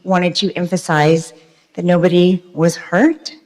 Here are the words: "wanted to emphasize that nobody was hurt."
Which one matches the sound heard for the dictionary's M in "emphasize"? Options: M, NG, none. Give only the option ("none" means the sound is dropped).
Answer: M